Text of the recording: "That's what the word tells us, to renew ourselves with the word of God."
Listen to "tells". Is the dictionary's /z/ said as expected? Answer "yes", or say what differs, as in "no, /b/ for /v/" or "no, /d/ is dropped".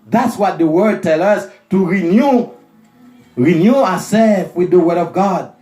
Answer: no, /z/ is dropped